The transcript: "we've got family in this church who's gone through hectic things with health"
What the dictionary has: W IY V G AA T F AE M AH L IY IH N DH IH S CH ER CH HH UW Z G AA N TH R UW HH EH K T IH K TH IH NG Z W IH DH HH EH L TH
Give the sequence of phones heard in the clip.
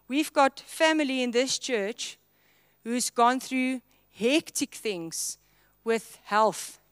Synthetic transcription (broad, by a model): W IY V G AA T F AE M AH L IY IH N DH IH S CH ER CH HH UW Z G AA N TH R UW HH EH K T IH K TH IH NG Z W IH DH HH EH L TH